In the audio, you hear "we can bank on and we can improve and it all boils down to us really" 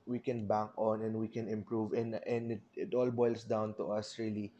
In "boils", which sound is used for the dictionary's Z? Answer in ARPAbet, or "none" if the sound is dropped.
S